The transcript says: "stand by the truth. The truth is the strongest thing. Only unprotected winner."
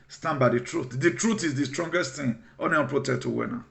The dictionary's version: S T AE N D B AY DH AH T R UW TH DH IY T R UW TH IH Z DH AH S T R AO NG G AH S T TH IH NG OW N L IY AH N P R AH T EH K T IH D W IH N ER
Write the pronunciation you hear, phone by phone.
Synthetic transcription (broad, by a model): S T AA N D B AY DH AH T R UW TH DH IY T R UW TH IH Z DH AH S T R AO NG G AH S T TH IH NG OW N IY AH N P R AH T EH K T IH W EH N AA